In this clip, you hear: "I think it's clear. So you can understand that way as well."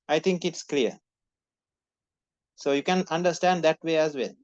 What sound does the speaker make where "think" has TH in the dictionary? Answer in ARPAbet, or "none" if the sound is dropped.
T